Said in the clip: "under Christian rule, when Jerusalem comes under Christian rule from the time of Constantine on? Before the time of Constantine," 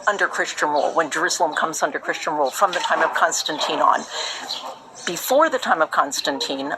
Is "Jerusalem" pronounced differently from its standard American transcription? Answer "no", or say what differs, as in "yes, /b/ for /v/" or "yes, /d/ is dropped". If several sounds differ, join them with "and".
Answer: no